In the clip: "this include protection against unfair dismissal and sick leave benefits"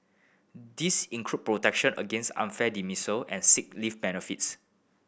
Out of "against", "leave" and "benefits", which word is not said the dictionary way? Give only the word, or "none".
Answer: leave